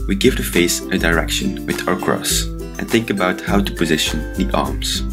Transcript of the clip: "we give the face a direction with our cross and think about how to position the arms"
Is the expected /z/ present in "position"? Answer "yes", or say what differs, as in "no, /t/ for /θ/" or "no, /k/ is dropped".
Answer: yes